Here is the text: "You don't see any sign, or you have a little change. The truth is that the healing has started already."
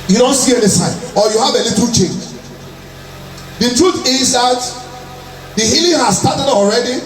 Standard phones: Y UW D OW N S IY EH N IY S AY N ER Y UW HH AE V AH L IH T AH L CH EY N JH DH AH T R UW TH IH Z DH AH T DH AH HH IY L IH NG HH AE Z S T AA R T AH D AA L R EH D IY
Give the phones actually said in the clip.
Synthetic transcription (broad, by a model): Y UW D OW N S IY EH N IY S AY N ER Y UW HH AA V AH L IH T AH L CH EY N JH DH AH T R UW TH IH Z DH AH T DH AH HH IY L IH NG HH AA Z S T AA T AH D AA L R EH D IY